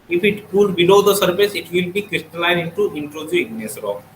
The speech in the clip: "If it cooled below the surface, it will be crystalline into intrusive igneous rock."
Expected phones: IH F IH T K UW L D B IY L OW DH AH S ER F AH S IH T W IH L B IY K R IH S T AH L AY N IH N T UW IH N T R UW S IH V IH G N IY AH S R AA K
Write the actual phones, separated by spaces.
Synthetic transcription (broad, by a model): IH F IH T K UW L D B IY L OW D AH S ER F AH S IH T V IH L B IY K R IH S T AH L AY N IH N T UW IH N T R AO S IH IH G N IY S R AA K